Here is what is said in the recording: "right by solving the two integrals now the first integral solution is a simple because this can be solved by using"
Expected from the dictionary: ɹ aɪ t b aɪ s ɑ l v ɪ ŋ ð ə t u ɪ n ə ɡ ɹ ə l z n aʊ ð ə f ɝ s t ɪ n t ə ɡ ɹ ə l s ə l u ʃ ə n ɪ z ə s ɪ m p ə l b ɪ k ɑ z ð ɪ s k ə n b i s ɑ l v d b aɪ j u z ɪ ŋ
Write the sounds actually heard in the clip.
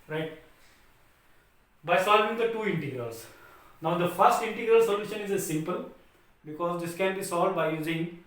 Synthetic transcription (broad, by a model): ɹ aɪ t b aɪ s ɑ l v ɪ ŋ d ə t u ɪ n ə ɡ ɹ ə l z n aʊ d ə f ɝ s t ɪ n t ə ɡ ɹ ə l s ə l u ʃ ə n ɪ z ə s ɪ m p ə l b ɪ k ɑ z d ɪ s k ə n b i s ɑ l d b aɪ j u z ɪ ŋ